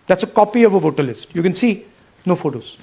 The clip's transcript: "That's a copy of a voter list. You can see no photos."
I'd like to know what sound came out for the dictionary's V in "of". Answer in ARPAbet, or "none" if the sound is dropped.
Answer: V